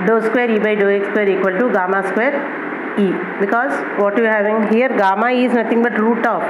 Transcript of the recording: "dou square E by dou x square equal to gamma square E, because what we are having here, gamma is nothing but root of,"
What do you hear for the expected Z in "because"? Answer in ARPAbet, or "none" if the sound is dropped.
Z